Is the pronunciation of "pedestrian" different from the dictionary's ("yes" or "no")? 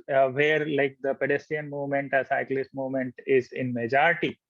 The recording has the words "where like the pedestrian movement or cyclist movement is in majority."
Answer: yes